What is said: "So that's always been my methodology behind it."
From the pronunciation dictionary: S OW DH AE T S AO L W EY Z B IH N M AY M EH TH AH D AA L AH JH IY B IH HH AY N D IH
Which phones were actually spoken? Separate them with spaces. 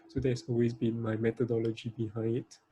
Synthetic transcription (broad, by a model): S OW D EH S AO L W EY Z B IH N M AY M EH T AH D AA L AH JH IY B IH HH AY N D